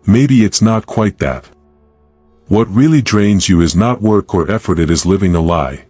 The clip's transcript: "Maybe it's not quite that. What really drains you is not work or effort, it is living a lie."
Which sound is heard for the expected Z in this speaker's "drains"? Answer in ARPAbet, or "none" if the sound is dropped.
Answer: Z